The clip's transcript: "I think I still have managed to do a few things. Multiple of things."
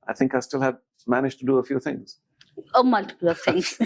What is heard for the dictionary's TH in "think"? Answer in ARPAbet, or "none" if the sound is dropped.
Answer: TH